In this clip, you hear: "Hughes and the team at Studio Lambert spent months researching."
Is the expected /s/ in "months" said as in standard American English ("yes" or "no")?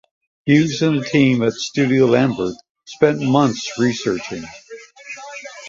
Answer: yes